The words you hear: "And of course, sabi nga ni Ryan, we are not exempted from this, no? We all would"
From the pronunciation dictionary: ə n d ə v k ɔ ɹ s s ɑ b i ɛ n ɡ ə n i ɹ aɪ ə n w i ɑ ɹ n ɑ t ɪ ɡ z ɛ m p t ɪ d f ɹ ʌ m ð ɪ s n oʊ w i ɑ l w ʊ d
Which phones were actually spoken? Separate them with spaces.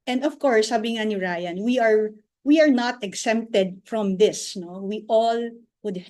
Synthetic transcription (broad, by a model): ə n d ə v k ɔ ɹ s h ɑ b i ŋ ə n i ɹ aɪ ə n w i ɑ ɹ n ɑ t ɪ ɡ s ɛ m p t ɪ d f ɹ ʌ m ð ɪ s n oʊ w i ɑ l w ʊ d